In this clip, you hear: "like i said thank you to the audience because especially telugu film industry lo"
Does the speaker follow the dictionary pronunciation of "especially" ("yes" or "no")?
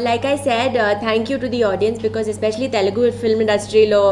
yes